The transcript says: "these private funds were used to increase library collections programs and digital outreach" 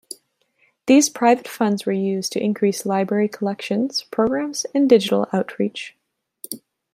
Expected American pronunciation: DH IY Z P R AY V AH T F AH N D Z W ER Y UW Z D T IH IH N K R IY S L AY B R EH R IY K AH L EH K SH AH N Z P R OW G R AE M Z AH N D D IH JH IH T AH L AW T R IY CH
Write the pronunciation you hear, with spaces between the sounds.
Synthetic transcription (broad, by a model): DH IY Z P R AY V AH T F AH N D Z W ER Y UW Z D T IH IH N K R IY S L AY B R EH R IY K AH L EH K SH AH N Z P R OW G R AE M Z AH N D D IH JH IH T L AW T R IY CH